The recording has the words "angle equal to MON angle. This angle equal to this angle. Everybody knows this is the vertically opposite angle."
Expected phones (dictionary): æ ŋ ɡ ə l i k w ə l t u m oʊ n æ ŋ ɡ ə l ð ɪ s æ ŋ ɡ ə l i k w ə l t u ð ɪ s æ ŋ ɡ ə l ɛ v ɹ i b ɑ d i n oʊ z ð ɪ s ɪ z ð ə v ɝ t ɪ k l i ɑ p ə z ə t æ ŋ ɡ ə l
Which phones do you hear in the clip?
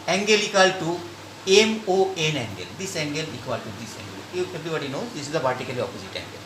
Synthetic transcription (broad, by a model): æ ŋ ɡ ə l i k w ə l t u m oʊ n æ ŋ ɡ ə l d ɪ s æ ŋ ɡ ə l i k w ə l t u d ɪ s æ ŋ ɡ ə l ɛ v ɹ i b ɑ d i n oʊ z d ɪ s ɪ z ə p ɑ t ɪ k l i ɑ p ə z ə t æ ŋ ɡ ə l